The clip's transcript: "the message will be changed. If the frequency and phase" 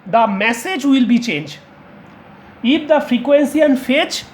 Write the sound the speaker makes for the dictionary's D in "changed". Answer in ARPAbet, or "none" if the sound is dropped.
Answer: none